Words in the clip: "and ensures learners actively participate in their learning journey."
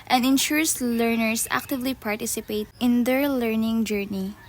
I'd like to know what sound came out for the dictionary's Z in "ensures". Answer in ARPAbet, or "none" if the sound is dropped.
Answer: S